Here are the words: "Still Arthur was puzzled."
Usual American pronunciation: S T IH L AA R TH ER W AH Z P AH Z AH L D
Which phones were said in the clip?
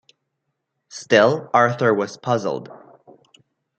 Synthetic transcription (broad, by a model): S T IH L AA R TH ER W AH Z P AH Z L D